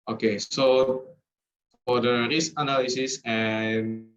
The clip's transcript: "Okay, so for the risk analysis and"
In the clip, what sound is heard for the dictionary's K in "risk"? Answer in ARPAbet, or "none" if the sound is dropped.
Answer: none